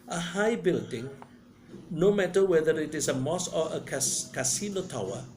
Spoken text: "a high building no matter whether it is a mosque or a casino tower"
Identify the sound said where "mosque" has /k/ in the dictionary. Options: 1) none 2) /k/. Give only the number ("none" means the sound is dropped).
1